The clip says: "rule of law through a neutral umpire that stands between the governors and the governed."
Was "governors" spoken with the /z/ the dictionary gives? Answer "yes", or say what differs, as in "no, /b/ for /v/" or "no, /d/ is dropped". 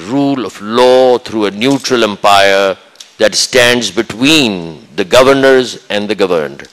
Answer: yes